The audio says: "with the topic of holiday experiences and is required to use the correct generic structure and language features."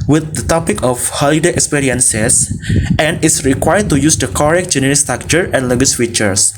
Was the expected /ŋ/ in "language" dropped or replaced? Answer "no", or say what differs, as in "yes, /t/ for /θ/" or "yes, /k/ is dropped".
yes, /ŋ/ is dropped